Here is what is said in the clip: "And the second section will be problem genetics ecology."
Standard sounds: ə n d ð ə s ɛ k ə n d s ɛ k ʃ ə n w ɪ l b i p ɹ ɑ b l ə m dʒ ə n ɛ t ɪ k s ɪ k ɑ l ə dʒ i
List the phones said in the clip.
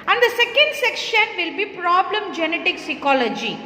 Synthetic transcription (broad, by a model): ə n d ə s ɛ k ə n d s ɛ k ʃ ə n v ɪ l b i p ɹ ɑ b l ə m dʒ ə n ɛ t ɪ k s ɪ k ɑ l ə dʒ i